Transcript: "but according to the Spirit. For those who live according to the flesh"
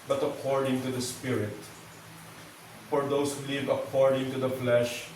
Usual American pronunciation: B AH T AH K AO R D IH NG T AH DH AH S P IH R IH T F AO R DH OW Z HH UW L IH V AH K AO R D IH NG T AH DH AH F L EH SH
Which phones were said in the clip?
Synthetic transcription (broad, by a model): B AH T AH K AO R D IH NG T AH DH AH S P IH R IH T F AO R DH OW S HH UW L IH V AH K AO R D IH NG T AH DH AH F L EH SH